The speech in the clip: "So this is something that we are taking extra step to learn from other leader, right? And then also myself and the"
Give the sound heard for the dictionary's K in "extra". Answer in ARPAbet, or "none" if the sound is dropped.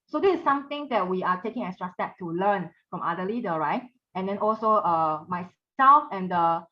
none